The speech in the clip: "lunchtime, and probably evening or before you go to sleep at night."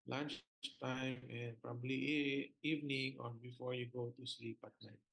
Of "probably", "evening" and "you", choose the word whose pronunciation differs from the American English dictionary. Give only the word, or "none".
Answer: none